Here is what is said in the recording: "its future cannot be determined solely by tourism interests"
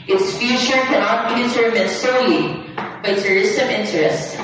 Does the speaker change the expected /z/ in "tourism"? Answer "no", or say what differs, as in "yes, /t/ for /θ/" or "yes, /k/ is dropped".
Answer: yes, /s/ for /z/